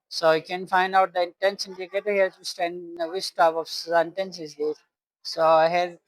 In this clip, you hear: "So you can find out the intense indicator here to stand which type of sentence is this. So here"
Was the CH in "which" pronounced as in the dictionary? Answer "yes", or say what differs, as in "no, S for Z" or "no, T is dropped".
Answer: no, S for CH